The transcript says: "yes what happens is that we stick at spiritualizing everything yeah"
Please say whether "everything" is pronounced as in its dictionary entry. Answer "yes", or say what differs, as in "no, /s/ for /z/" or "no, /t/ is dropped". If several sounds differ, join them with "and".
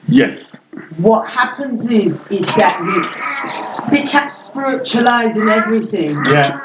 yes